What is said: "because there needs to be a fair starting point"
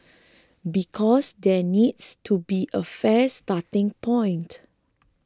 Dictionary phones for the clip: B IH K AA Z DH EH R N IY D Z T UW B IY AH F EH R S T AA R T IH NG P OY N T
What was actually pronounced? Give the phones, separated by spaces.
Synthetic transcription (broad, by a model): B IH K AA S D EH N IY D S T UW B IY AH F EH S T AA T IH NG P OY N T